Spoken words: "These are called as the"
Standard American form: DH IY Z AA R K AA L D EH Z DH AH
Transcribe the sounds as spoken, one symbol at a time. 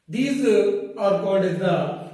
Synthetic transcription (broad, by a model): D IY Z AA R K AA D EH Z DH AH